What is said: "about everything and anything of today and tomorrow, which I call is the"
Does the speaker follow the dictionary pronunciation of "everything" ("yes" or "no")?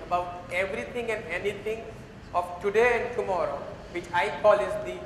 no